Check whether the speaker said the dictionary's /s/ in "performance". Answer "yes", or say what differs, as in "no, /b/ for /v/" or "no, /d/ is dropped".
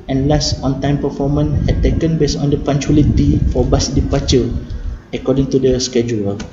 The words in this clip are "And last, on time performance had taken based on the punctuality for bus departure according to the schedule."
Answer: no, /s/ is dropped